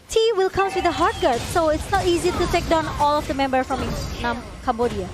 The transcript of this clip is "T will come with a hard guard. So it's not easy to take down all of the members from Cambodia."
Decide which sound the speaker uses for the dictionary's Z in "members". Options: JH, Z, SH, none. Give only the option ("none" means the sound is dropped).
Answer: none